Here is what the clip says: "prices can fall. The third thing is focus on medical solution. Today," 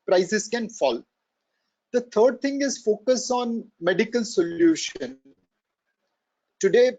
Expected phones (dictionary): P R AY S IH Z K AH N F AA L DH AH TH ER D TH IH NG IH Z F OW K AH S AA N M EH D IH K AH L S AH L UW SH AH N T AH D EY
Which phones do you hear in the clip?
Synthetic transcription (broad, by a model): P R AY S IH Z K AH N F AA L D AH T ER D T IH NG IH Z F OW K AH S AA N M EH D IH K AH L S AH L UW SH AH N T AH D EY